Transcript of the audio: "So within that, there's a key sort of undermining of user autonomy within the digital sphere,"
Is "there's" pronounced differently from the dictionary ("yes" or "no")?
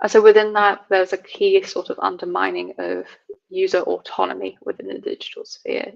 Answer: yes